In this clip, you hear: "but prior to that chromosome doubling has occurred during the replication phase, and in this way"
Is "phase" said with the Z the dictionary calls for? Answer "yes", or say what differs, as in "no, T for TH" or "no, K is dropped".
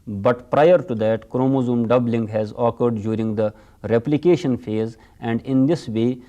yes